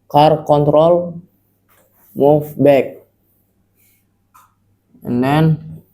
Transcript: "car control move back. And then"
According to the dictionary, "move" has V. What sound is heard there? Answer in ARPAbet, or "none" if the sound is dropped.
F